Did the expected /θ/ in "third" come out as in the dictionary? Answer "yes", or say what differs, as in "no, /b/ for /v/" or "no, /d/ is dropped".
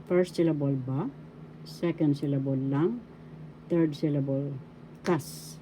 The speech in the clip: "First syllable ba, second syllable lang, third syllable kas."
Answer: no, /t/ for /θ/